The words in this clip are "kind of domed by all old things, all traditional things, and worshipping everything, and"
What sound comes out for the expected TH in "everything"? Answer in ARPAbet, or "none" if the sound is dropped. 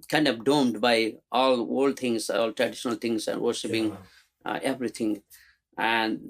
T